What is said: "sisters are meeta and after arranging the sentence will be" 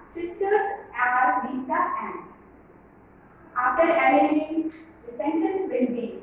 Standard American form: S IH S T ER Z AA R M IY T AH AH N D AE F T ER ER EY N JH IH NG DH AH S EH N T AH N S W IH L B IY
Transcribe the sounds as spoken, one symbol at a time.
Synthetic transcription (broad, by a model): S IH S T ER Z AA R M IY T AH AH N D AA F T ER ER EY JH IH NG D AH S EH N T AH N S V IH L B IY